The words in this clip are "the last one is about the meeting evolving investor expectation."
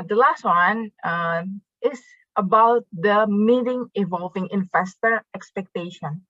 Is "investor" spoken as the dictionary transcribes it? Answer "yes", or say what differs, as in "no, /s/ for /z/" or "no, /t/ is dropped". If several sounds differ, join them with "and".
no, /f/ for /v/